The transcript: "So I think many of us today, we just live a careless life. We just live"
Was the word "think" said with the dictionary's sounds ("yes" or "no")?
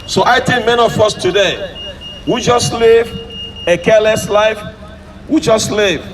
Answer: no